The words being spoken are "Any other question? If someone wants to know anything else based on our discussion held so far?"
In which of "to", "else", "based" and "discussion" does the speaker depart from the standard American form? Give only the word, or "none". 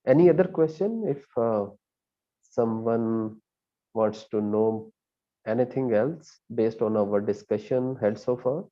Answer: none